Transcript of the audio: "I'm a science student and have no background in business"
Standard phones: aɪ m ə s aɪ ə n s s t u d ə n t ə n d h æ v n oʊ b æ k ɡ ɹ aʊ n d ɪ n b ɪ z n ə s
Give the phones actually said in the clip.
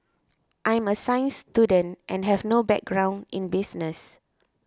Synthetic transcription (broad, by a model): aɪ m ə s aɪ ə n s s t u d ə n t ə n h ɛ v n oʊ b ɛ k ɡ ɹ aʊ n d ɪ n b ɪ s n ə s